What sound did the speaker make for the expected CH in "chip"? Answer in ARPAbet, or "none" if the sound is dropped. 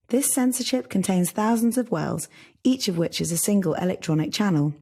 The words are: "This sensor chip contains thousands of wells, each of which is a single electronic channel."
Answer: SH